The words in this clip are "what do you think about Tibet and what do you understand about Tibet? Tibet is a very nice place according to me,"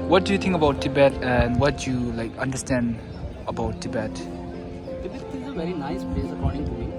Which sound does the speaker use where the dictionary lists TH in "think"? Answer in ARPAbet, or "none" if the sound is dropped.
T